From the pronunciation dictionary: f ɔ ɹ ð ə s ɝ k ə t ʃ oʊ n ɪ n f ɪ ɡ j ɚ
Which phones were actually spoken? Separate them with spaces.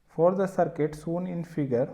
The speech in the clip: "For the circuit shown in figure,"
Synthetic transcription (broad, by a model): f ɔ ɹ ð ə s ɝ k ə t s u n ɪ n f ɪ ɡ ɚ